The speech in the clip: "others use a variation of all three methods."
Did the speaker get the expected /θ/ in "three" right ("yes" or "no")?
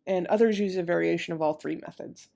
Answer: yes